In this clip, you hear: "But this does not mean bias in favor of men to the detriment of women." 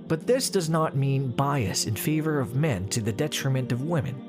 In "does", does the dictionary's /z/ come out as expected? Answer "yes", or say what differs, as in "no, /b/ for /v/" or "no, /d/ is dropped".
yes